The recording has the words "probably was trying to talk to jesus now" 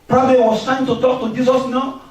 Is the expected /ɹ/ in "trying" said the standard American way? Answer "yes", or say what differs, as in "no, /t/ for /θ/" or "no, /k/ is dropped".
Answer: no, /ɹ/ is dropped